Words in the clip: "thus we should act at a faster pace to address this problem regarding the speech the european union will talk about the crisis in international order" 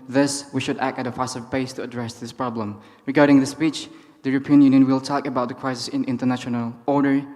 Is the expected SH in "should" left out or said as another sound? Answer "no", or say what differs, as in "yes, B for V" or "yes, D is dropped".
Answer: no